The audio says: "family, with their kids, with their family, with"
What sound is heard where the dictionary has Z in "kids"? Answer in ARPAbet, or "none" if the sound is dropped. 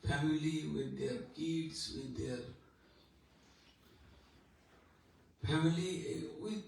S